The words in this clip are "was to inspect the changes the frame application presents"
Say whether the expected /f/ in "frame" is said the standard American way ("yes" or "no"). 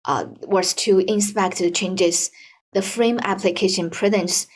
yes